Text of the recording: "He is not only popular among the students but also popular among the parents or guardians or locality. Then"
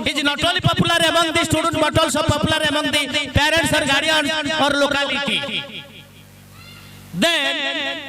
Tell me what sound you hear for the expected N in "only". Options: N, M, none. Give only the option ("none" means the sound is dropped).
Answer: none